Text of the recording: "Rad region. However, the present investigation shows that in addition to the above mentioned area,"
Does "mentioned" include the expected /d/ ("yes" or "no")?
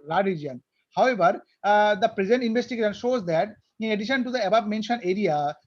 no